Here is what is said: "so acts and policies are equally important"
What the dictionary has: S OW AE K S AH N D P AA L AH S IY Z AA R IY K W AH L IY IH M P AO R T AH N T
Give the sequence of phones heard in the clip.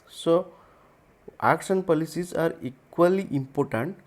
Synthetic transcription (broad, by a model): S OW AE K SH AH N P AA L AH S IY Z AA R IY K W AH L IY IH M P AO R T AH N T